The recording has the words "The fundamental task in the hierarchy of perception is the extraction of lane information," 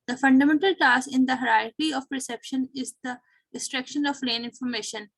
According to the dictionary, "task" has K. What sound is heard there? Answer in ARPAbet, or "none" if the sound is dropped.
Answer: none